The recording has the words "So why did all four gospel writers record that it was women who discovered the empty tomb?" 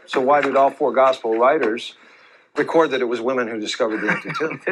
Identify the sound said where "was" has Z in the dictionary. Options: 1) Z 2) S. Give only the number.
1